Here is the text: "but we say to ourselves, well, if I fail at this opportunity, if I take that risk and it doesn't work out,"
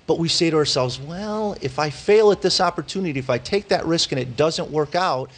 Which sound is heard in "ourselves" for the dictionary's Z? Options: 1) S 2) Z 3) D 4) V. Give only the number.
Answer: 2